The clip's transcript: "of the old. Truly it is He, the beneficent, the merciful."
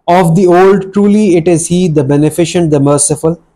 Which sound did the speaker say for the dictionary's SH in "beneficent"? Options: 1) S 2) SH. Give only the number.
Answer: 2